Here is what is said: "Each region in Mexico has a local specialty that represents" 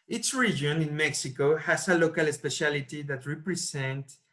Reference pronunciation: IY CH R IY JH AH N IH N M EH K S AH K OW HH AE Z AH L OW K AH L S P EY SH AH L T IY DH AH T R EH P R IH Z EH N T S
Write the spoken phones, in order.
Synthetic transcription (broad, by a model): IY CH R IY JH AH N IH N M EH K S AH K OW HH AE S AH L OW K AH L S P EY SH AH L T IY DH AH T R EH P R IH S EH N T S